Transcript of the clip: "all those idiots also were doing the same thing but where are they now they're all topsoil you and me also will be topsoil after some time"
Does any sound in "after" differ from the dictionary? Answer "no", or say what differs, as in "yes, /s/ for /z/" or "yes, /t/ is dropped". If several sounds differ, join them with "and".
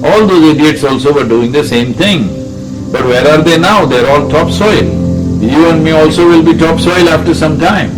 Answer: no